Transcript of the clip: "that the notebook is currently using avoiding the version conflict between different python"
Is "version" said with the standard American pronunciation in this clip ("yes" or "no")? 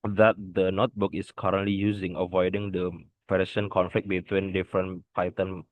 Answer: no